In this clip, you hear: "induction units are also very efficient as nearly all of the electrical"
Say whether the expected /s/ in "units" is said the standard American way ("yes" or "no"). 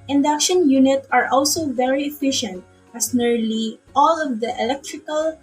no